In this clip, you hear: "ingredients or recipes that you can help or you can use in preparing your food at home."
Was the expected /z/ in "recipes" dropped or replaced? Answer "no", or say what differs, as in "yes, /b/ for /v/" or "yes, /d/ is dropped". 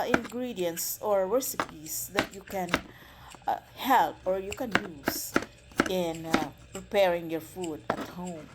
yes, /s/ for /z/